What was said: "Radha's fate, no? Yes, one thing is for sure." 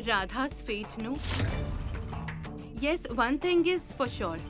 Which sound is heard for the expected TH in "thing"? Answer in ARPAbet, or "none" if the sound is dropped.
T